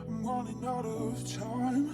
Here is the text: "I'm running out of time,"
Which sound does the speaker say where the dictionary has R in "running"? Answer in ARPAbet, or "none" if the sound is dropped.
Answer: W